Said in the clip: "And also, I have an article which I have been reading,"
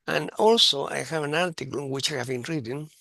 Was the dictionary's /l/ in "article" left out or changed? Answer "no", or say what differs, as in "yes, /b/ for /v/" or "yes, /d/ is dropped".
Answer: yes, /n/ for /l/